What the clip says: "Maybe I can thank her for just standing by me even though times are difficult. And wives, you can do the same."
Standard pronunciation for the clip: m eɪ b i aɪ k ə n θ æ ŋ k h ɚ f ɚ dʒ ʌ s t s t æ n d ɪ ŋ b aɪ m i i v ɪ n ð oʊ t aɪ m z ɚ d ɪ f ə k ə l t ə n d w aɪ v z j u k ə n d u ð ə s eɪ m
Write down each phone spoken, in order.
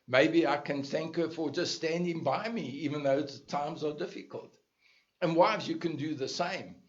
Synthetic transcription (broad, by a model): m eɪ b i aɪ k ə n θ æ ŋ k h ɚ f ɚ dʒ ʌ s t s t æ n d ɪ ŋ b aɪ m i i v ɪ n ð oʊ t aɪ m z ɚ d ɪ f ə k ə l t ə n w aɪ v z j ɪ k ə n d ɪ ð ə s eɪ m